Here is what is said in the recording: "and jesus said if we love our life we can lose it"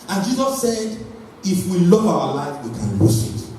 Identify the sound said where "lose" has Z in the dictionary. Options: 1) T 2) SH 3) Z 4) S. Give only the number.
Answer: 4